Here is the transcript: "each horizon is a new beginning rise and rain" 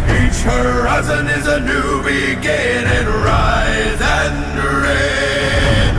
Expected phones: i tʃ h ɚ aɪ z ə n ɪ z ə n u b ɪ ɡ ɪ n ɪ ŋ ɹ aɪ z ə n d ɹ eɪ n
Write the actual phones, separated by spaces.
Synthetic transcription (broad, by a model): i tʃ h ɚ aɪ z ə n ɪ z ə n u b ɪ ɡ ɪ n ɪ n ɹ aɪ z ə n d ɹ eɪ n